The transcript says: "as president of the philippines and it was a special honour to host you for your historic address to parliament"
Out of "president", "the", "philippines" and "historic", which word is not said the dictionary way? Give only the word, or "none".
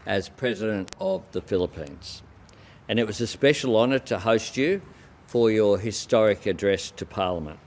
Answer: none